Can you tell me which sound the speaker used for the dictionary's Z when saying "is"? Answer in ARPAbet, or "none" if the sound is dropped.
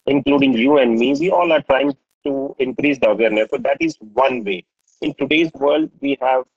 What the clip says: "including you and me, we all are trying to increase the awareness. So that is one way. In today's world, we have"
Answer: Z